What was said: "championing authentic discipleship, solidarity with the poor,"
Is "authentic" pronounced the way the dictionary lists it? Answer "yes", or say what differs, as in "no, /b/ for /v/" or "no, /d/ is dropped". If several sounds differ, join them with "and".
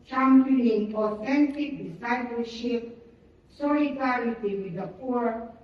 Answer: no, /f/ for /θ/